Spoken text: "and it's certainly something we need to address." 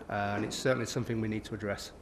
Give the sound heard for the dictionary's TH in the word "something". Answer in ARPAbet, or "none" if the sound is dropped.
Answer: TH